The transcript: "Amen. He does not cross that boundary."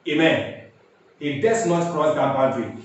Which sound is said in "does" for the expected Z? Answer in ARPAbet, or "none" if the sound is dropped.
S